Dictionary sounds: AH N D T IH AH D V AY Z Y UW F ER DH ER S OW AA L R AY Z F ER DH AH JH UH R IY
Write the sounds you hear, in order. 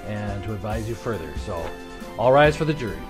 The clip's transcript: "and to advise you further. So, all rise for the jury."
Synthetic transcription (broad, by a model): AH N T IH AH D V AY Z Y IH F ER DH ER S OW AA L R AY Z F ER DH AH JH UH R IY